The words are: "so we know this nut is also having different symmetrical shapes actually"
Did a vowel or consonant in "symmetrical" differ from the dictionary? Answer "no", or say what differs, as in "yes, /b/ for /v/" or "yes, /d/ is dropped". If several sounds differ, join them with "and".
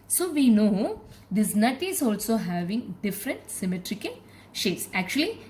yes, /n/ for /l/